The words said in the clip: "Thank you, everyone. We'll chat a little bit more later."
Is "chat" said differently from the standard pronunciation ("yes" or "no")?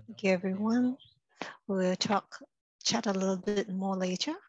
no